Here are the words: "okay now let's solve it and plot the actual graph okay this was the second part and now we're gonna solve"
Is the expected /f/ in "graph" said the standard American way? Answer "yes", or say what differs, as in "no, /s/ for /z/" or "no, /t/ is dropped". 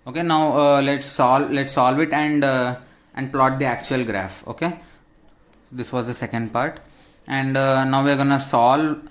yes